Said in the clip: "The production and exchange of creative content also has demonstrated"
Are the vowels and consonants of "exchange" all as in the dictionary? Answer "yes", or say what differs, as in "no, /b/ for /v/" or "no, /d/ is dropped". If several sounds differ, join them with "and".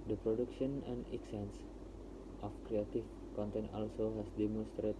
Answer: no, /tʃ/ is dropped